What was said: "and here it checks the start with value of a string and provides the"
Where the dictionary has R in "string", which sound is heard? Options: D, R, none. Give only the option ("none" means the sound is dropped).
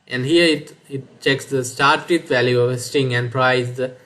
none